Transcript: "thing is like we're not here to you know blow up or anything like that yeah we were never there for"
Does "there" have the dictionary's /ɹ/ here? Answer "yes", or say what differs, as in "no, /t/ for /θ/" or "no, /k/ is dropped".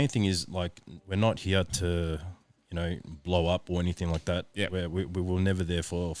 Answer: yes